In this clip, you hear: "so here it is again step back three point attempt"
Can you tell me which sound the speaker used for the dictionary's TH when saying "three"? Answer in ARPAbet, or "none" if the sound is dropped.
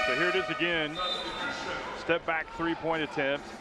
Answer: TH